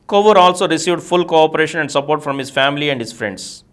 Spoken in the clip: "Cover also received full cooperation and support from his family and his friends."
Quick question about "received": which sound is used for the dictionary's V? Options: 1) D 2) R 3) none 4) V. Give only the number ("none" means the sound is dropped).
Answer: 4